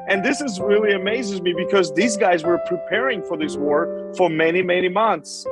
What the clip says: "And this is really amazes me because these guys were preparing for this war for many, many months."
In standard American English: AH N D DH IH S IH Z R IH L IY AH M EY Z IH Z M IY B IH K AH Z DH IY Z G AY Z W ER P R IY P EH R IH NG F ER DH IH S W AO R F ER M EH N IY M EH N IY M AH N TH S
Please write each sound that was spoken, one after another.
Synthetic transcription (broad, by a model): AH N DH IH S IH Z R IH L IY AH M EY Z IH Z M IY B IH K AH Z DH IY Z G AY Z W ER P R IY P EH R IH NG F ER DH IH S W AO R F ER M EH N IY M EH N IY M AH N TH S